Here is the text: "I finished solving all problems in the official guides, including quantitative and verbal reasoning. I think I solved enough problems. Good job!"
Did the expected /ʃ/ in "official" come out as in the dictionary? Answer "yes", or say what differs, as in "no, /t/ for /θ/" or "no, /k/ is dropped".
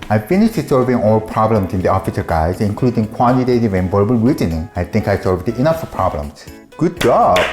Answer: no, /s/ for /ʃ/